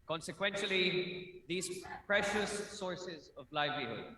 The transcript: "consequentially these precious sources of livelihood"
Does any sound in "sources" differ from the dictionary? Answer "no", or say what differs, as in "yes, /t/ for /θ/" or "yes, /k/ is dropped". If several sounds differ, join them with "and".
no